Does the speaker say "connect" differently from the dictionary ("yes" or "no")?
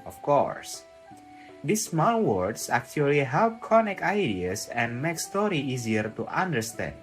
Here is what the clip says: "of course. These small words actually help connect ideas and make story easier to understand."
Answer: yes